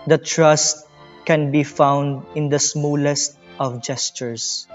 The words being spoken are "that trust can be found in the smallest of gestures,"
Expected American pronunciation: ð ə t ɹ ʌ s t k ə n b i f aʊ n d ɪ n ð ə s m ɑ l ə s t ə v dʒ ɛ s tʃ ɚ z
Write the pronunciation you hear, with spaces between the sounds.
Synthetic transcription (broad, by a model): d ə t ɹ ʌ s t k ə n b i f aʊ n d ɪ n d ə s m ɑ l ə s t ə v dʒ ɛ s tʃ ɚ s